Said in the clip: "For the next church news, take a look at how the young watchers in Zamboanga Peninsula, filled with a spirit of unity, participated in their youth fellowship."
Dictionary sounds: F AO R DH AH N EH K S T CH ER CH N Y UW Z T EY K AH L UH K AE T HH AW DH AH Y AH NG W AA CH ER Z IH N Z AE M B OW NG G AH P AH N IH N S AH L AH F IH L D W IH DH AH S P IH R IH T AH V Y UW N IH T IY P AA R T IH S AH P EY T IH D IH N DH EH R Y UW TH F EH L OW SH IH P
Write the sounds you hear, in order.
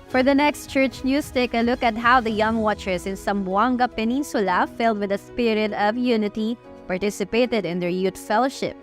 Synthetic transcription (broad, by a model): F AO R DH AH N EH K S T CH ER CH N Y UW S T EY K AH L UH K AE T HH AW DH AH Y AH NG W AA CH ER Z IH N S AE M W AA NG G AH P AH N IH N S AH L AH F IH L D W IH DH AH S P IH R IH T AH V Y UW N IH T IY P AA R T IH S AH P EY T IH D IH N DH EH R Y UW T F EH L OW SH IH P